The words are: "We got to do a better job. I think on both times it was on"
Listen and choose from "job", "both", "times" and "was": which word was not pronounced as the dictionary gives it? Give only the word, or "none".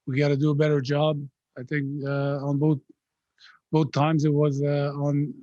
none